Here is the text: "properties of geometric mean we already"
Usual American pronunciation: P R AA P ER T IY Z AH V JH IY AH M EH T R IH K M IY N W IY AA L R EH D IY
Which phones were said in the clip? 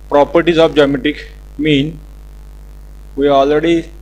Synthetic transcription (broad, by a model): P R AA P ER T IY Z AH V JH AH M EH T IH K M IY N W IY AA L R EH D IY